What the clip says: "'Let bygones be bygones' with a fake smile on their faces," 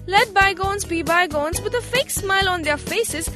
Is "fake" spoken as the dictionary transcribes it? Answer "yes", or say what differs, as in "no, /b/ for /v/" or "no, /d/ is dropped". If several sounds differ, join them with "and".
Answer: yes